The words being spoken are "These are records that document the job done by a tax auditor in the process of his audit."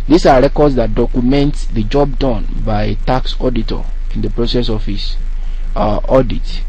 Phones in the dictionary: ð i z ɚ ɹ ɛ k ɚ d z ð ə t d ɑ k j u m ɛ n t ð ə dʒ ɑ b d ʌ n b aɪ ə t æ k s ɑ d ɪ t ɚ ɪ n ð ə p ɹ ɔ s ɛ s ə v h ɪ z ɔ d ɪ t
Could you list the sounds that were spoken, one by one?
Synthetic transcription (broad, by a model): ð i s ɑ ɹ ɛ k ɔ d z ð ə t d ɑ k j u m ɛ n t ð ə dʒ ɑ b d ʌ n b aɪ ə t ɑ k s ɑ d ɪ t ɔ ɪ n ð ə p ɹ ɔ s ɛ s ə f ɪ s ɔ d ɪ t